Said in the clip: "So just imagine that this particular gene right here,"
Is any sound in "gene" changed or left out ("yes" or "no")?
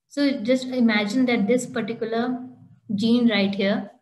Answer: no